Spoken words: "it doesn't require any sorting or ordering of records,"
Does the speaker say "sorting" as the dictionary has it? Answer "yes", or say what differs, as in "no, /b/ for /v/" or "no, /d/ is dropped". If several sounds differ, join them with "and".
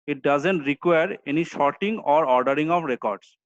no, /ʃ/ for /s/